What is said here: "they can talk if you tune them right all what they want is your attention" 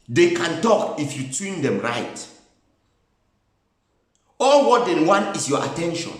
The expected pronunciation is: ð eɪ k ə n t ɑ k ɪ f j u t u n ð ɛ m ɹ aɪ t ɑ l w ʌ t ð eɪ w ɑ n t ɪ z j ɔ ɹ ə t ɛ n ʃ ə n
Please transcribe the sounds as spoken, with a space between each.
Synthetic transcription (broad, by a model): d eɪ k ə n t ɑ k ɪ f j u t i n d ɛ m ɹ aɪ t ɑ l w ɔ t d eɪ w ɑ n ɪ s j ɔ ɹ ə t ɛ n ʃ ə n